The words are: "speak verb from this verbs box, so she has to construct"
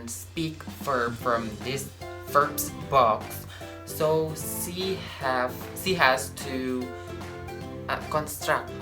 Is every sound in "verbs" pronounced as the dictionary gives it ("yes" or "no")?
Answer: no